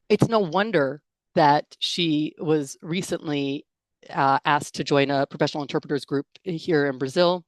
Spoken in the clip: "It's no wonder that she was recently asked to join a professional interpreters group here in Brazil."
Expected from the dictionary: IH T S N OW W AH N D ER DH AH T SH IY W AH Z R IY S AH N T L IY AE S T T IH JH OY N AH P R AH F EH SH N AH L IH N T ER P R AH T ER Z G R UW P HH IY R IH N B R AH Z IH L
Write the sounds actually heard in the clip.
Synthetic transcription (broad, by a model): IH T S N OW W AH N D ER DH AH T SH IY W AH Z R IY S AH N T L IY AE S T T IH JH OY N AH P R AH F EH SH N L IH N T ER P R AH T ER Z G R UW P HH IY R IH N B R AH Z IH L